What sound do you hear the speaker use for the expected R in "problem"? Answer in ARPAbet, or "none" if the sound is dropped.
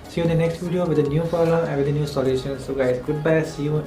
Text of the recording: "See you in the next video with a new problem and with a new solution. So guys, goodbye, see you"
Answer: none